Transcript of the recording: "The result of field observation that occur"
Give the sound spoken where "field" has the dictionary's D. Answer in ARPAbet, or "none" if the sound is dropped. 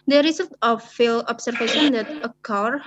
none